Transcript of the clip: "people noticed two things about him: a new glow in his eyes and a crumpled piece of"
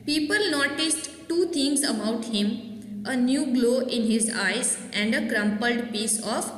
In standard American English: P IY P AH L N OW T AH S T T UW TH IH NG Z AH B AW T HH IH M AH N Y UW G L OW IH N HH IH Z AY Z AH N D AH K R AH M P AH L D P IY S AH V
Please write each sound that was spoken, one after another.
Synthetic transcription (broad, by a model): P IY P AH L N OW T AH S T T UW T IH NG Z AH B AW T HH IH M AH N Y UW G L OW IH N HH IH Z AY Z AH N D AH K R AH M P AH L D P IY S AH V